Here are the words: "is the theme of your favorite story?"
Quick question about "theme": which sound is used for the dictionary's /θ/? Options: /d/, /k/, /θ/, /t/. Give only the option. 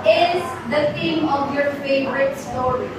/t/